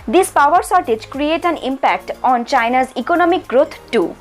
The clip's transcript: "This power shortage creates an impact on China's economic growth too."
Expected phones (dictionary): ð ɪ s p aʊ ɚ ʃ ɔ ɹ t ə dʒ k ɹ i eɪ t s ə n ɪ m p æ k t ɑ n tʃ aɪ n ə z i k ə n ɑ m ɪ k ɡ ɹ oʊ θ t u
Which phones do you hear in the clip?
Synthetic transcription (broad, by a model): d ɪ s p aʊ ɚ s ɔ ɹ t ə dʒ k ɹ i eɪ t ə n ɪ m p æ k t ɑ n tʃ aɪ n ə z i k ə n ɑ m ɪ k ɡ ɹ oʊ t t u